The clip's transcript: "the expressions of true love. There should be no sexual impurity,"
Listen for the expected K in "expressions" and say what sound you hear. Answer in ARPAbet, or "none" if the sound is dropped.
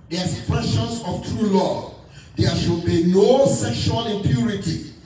none